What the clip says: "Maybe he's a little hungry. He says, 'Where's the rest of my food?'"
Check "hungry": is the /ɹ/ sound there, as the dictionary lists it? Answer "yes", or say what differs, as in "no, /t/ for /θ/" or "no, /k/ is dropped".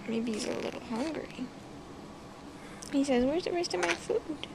yes